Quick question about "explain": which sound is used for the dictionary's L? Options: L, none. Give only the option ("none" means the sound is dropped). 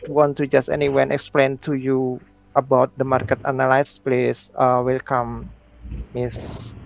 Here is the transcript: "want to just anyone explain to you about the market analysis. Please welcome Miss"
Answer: L